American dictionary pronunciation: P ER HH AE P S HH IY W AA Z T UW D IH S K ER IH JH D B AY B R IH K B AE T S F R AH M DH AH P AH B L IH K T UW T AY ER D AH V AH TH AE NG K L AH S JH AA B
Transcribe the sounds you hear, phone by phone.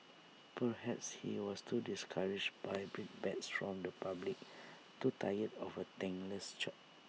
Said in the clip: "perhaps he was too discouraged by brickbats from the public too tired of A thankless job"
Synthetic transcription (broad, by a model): P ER HH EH P S HH IY W AA S T UW D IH S K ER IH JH B AY B R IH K B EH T S F R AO M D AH P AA B L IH K T UW T AY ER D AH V AH T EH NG L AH S CH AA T